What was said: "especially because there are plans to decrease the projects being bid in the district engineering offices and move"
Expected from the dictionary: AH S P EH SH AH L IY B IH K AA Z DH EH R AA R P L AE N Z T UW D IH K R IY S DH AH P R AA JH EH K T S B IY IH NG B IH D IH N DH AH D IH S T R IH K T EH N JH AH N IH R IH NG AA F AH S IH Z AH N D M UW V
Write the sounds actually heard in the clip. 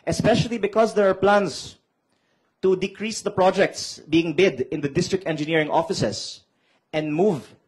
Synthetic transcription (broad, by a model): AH S P EH SH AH L IY B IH K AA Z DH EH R AA R P L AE N S T UW D IH K R IY S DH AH P R AA JH EH K T S B IY IH NG B IH D IH N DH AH D IH S T R IH K T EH N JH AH N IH R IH NG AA F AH S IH S AH N D M UW V